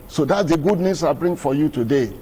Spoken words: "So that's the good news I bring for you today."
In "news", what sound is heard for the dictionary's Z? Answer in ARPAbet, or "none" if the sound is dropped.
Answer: S